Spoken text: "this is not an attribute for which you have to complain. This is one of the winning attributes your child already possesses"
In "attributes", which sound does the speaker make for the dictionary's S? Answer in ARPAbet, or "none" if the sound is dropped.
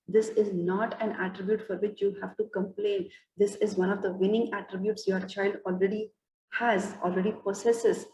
S